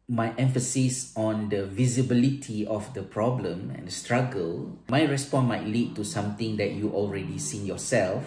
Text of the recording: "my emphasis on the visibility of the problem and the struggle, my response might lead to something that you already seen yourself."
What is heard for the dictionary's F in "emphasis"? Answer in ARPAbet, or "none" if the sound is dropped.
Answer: F